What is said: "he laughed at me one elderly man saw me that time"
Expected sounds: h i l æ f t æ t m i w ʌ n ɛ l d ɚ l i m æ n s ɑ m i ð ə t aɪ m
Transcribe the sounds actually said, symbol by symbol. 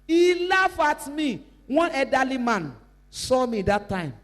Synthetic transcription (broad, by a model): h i l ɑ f ɑ t m i w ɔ n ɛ d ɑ l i m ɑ n s ɑ m i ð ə t aɪ m